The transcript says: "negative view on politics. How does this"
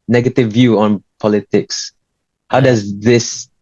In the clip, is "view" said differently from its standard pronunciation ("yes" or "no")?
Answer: no